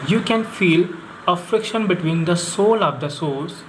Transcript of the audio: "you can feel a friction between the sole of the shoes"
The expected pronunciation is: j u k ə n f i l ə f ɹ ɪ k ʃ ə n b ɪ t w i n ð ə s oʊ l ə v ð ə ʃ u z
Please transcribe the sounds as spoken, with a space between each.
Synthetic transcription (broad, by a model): j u k ə n f i l ə f ɹ ɪ k ʃ ə n b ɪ t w i n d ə s oʊ l ə v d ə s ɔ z